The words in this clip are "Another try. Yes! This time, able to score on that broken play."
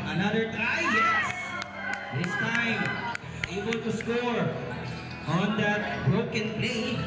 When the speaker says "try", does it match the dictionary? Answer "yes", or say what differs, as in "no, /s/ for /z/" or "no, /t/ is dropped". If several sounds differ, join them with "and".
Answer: no, /ɹ/ is dropped